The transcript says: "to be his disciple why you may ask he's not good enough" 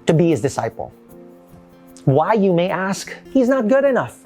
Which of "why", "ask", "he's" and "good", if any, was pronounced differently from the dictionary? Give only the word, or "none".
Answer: none